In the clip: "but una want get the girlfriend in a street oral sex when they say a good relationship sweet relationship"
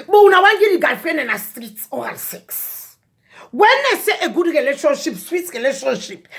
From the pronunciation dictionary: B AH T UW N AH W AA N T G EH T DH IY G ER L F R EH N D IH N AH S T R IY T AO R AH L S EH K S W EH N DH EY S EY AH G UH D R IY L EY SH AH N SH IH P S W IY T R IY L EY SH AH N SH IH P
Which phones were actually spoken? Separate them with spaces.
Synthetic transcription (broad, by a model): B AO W UW N AH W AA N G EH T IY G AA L F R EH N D IH N AH S T R IY T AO AH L S EH K S W EH N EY S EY AH G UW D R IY L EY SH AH N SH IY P S W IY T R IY L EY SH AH N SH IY P